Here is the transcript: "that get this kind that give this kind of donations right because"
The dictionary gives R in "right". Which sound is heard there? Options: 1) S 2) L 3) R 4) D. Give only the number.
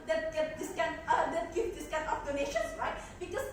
3